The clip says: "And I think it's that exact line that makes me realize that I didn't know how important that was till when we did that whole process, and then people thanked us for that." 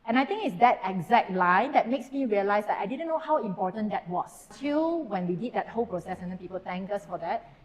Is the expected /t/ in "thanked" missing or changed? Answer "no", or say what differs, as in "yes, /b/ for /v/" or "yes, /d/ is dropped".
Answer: yes, /t/ is dropped